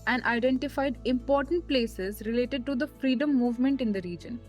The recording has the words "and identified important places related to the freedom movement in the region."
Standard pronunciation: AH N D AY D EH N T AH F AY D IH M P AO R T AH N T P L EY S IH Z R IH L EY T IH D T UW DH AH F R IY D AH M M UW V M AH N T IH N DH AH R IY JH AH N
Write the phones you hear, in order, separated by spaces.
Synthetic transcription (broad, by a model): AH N D AY D EH N T AH F AY D IH M P AO R T AH N T P L EY S IH Z R IH L EY T IH D T UW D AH F R IY D AH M M UW V M AH N T IH N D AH R IY JH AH N